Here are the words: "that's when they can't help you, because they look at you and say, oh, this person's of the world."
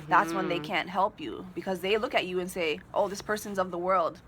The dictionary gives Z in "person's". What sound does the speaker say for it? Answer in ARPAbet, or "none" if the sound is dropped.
Z